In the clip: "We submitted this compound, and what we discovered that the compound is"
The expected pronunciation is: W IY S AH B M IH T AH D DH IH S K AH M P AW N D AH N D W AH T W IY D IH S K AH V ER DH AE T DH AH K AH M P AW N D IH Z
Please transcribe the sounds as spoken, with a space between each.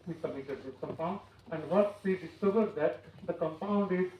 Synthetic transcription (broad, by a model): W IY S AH M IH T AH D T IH K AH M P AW N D AH N D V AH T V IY D IH S K AH V ER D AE T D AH K AH M P AW N D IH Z